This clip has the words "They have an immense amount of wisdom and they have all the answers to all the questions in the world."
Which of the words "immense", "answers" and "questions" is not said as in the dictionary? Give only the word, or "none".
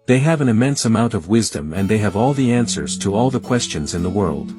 none